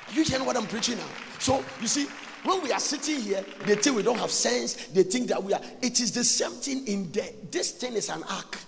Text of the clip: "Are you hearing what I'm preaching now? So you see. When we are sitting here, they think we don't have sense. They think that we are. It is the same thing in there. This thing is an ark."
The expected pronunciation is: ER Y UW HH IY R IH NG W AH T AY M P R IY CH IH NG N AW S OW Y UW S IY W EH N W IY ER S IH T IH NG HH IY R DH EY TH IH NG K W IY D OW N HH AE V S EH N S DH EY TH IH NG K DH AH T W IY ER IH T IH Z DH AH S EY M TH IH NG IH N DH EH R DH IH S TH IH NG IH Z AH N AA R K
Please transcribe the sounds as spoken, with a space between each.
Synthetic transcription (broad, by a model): Y UW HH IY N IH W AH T AY M P R IY CH IH NG N AW S OW Y UW S IY W EH N W IY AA S IH T IH NG HH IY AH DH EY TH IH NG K W IY D OW N HH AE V S EH N S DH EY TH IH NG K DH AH T W IY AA IH T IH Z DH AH S EY M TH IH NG IH N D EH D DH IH S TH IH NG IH S AH N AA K